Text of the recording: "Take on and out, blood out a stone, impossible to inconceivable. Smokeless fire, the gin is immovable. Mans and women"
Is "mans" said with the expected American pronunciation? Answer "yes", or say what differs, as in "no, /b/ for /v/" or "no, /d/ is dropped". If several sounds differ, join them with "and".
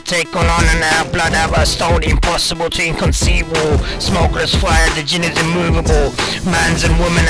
yes